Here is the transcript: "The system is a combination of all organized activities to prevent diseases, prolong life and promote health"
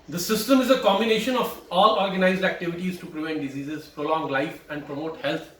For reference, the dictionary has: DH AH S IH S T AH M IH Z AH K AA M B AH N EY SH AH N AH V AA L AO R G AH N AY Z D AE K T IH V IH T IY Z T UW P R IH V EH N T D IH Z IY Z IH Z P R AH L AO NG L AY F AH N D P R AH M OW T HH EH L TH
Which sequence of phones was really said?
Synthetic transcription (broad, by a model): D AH S IH S T AH M IH Z AH K AA M B AH N EY SH AH N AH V AA L AO R G AH N AY Z D AE K T IH V IH T IY Z T UW P R IH V EH N T D IH Z IY Z IH Z P R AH L AO NG L AY F AH N D P R AH M OW T HH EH L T